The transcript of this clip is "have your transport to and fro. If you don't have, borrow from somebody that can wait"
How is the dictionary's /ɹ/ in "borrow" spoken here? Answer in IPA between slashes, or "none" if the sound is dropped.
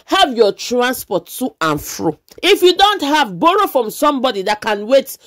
/ɹ/